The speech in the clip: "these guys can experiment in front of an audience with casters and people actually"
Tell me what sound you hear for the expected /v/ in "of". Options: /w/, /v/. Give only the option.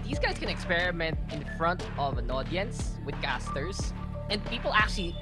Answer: /v/